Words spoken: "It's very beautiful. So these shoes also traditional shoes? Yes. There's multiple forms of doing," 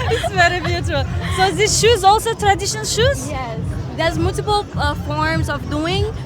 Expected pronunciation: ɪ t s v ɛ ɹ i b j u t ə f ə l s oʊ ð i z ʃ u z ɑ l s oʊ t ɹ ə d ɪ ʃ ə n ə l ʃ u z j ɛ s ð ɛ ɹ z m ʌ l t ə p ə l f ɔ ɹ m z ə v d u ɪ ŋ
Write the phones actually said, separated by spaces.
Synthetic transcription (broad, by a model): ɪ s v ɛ ɹ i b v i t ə ə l s oʊ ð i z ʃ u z ɑ l s oʊ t ɹ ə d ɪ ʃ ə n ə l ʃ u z j ɛ s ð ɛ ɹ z m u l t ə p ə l f ɔ ɹ m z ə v d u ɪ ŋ